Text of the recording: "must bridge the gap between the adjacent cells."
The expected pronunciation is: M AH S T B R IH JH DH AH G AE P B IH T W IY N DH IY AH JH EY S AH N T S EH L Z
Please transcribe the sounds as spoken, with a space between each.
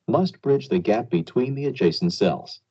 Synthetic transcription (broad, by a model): M AH S T B R IH JH DH AH G AE P B IH T W IY N DH IY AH JH EY S N T S EH L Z